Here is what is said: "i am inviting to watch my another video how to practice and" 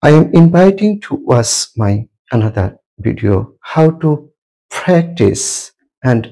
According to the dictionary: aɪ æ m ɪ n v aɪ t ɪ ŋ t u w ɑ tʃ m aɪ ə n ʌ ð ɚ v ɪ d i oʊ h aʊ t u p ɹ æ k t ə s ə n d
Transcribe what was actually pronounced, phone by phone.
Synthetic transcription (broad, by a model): aɪ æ m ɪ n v aɪ t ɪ ŋ t u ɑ s m aɪ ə n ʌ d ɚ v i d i oʊ h aʊ t u p ɹ æ k t ə s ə n d